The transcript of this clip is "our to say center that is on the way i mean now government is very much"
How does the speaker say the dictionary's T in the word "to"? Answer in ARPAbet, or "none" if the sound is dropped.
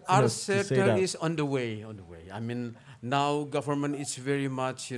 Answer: S